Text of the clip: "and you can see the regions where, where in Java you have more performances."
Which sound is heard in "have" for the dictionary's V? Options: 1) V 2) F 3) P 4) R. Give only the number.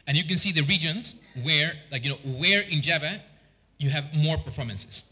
1